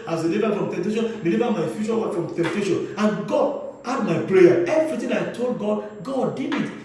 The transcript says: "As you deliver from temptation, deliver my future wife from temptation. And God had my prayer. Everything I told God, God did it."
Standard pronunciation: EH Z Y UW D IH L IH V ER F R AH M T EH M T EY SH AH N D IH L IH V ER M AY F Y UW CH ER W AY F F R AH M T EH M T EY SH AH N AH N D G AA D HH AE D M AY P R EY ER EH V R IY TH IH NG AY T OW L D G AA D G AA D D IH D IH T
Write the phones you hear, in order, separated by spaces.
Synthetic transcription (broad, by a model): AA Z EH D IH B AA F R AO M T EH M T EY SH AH N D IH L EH B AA M AY F Y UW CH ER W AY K F R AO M T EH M T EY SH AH N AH N G AA D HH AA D M AY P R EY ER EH V R IY T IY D AY T OW L D G AA D G AA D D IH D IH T